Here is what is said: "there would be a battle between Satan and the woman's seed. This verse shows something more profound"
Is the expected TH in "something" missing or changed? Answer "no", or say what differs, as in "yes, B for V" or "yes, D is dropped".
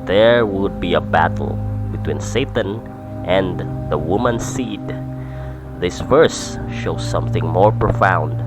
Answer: no